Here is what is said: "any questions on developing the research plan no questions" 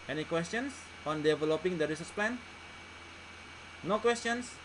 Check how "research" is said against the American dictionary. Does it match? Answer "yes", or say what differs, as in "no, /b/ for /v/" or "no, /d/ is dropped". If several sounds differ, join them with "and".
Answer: no, /s/ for /tʃ/